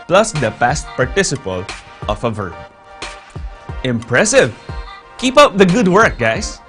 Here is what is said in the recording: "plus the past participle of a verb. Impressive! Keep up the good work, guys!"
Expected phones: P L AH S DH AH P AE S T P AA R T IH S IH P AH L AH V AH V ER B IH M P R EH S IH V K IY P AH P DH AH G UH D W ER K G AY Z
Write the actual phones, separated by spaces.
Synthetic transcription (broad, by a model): P L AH S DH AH P AE S T P AA R T IH S IH P AH L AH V AH V ER B IH M P R EH S IH V K IY P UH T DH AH G UH D W ER K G AY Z